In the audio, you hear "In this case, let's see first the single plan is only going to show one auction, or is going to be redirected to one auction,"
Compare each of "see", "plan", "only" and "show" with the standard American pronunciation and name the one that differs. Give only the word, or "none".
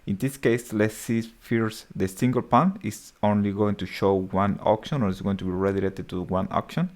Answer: plan